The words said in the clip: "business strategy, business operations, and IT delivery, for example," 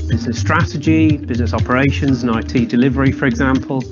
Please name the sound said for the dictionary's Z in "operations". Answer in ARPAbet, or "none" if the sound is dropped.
Z